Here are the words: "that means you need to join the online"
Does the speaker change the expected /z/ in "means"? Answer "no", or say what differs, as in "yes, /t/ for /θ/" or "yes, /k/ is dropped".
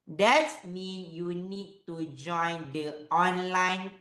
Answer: yes, /z/ is dropped